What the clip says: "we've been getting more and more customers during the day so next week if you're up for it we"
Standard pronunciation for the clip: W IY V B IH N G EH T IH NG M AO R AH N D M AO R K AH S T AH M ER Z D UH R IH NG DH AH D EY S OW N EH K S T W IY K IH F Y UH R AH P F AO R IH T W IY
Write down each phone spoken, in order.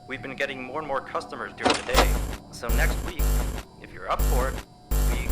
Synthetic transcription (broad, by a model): W IY V B IH N G EH T IH NG M AO R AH N M AO R K AH S T AH M ER Z D UH R IH NG DH AH D EY S OW N EH K S T W IY K IH F Y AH R AH P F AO R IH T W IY